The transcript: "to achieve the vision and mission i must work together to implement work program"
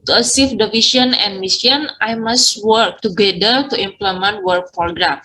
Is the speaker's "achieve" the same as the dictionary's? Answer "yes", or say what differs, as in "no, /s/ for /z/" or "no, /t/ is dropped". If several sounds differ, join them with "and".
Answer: no, /s/ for /tʃ/